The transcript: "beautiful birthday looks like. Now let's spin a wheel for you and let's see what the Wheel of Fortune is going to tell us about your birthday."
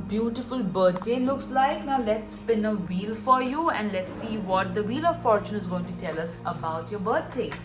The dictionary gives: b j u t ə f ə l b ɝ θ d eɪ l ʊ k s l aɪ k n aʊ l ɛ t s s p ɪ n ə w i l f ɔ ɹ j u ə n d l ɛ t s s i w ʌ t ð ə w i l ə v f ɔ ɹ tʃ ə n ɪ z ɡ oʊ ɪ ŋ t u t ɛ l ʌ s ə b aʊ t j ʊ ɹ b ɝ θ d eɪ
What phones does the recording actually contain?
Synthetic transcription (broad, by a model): b j u t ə f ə l b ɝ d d eɪ l ʊ k s l aɪ k n aʊ l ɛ t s s p ɪ n ə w i l f ɔ ɹ j u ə n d l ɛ t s s i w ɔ t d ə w i l ə v f ɔ ɹ tʃ ə n ɪ z ɡ oʊ ɪ ŋ t u t ɛ l ʌ s ə b aʊ t j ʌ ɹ b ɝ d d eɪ